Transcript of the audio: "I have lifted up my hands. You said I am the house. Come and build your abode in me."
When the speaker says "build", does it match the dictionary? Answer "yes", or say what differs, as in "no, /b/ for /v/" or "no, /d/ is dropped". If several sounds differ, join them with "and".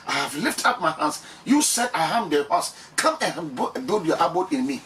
no, /l/ is dropped